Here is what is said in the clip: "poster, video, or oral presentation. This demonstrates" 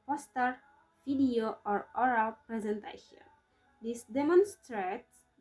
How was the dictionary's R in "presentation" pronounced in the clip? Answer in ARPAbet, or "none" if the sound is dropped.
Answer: R